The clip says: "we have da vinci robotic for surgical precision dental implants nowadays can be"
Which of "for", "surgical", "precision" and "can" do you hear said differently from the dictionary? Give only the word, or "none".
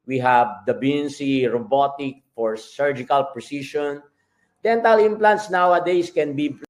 precision